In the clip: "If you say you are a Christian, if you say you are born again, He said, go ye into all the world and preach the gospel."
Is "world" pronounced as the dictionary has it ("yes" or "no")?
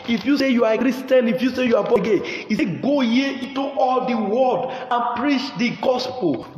no